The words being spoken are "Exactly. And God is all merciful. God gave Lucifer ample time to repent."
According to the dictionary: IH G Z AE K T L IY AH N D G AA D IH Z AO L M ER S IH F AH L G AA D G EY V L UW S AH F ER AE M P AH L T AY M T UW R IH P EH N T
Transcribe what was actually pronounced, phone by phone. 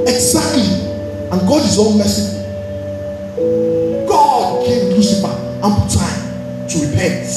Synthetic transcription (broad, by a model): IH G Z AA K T L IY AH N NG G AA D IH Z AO N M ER S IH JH G AA D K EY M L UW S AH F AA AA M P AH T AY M T UW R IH P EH N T